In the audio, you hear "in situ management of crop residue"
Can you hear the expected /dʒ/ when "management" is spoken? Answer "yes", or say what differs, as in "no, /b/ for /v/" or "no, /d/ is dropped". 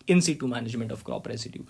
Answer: no, /ʒ/ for /dʒ/